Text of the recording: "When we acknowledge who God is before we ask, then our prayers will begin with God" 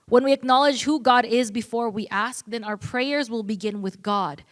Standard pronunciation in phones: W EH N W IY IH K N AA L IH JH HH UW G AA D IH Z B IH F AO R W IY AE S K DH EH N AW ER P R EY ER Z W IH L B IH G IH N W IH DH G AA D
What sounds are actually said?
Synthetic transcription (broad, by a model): W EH N W IY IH K N AA L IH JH HH UW G AA D IH Z B IH F AO R W IY AE S K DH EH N AW ER P R EY ER Z W IH L B IH G IH N W IH DH G AA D